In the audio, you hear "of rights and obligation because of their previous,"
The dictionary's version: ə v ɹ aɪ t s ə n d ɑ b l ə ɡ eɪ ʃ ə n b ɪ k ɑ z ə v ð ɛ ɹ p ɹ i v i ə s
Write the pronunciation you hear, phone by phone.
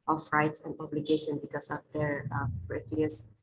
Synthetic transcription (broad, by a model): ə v ɹ aɪ t s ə n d ɑ b l ə ɡ eɪ ʃ ə n b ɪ k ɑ s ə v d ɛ ɹ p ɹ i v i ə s